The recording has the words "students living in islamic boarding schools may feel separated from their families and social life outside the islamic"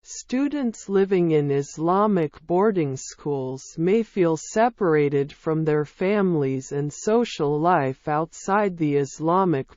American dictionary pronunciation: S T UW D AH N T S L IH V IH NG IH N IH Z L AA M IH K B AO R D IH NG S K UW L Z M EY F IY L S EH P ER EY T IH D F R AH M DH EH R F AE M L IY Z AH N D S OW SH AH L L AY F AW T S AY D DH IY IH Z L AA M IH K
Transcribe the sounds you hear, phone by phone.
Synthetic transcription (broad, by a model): S T UW D N T S L IH V IH NG IH N IH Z L AA M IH K B AO R D IH NG S K UW L Z M EY F IY L S EH P ER EY T IH D F R AH M DH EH R F AE M L IY Z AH N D S OW SH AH L L AY F AW T S AY D DH IY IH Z L AA M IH K